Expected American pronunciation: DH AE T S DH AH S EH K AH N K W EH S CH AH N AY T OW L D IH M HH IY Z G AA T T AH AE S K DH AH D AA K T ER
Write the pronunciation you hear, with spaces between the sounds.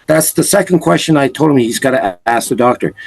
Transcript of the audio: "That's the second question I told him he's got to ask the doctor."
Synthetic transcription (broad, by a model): DH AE T S DH AH S EH K AH N K W EH S CH AH N AY T OW L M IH HH IY Z G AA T T AH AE S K DH AH D AA K T ER